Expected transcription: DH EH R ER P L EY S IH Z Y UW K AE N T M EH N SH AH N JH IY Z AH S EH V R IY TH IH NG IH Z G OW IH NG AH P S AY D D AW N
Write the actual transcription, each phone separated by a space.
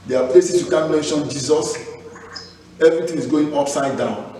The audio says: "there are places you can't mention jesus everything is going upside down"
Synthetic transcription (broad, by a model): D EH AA P L EY S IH S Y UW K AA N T M EH N SH AH N JH IY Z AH S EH V R IY T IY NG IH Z G OW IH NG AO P S AY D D AW N